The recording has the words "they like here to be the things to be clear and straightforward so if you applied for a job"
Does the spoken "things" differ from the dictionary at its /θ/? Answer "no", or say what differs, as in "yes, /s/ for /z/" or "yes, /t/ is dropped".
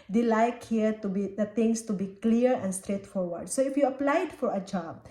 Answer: yes, /t/ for /θ/